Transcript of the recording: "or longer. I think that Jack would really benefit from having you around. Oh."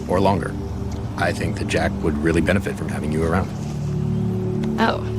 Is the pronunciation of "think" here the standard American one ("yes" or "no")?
yes